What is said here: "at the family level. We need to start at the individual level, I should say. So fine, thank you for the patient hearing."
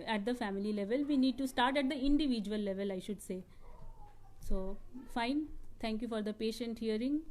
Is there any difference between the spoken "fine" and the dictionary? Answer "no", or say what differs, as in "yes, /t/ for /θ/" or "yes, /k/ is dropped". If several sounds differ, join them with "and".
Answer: no